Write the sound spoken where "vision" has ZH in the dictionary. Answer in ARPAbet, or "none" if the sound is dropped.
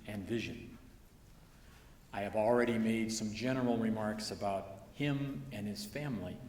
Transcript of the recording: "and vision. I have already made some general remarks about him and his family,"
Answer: ZH